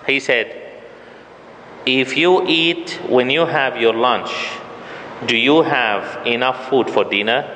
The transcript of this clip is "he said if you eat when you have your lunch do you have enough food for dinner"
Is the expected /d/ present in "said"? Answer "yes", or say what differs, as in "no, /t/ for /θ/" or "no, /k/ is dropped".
yes